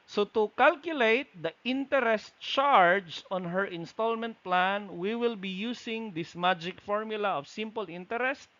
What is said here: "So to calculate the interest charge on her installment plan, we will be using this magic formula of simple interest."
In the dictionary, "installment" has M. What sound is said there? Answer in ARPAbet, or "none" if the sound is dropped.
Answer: M